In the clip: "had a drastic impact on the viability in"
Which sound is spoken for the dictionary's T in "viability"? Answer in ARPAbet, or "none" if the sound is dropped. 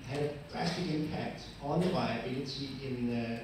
S